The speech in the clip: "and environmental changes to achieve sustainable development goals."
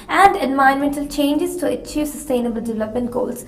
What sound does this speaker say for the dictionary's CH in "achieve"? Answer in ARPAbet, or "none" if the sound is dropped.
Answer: CH